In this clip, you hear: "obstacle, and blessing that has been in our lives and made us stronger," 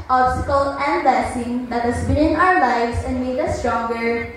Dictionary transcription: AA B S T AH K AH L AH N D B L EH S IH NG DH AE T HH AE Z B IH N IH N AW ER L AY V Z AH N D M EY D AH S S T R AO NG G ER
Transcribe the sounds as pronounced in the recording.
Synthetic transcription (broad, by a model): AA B S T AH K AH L AH N D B EH S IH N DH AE T HH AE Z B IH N IH N AW ER L AY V S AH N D M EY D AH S S T R AO NG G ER